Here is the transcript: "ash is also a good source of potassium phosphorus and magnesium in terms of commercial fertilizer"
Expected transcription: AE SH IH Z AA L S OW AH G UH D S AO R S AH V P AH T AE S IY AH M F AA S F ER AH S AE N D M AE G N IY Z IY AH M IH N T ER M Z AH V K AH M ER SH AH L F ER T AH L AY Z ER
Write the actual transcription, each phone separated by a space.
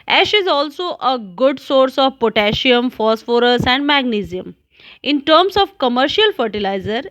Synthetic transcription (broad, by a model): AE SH IH Z AA L S OW AH G UH D S AO R S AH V P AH T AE SH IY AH M F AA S F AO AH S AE N D M AE G N IY Z IY AH M IH N T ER M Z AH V K AH M ER SH AH L F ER T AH L AY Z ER